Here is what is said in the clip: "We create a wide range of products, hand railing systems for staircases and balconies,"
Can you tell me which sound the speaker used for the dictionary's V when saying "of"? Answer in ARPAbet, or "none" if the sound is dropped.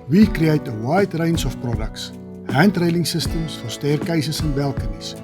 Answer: F